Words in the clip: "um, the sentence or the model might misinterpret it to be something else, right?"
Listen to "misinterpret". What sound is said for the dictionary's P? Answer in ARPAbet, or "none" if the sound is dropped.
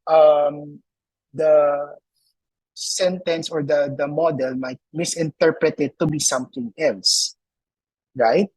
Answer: P